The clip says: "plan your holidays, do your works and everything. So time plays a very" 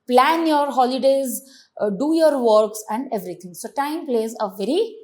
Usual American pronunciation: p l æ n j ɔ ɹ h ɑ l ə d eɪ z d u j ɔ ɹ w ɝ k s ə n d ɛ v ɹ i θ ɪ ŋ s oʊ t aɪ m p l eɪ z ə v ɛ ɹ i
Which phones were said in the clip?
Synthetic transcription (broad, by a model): p l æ n j ɔ ɹ h ɑ l ə d eɪ z d u j ɔ ɹ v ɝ k s ə n d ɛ v ɹ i t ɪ ŋ s oʊ t aɪ m p l eɪ z ə v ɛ ɹ i